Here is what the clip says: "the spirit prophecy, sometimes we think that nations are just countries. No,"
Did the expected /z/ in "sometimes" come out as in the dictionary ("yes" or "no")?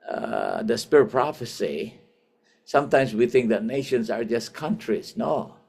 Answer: no